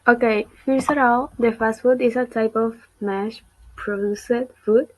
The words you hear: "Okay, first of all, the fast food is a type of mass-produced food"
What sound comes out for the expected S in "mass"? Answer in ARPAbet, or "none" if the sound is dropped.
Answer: SH